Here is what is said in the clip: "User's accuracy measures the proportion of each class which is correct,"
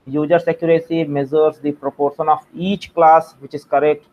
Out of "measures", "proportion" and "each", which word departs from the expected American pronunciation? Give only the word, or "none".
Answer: measures